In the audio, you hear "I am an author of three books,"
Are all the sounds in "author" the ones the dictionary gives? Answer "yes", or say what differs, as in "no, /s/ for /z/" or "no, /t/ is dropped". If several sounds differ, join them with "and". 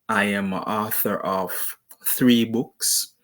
yes